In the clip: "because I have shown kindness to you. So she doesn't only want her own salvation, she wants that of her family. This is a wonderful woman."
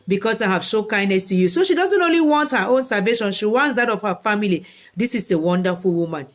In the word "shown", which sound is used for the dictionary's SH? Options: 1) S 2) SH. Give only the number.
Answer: 1